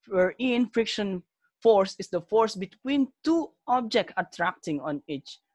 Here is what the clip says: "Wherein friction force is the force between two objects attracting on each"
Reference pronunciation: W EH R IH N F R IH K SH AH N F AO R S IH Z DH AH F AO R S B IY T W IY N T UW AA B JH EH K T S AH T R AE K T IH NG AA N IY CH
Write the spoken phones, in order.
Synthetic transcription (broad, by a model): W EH R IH N F R IH K SH AH N F AO R S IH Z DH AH F AO R S B IY T W IY N T UW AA B JH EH K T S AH T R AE K T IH NG AA N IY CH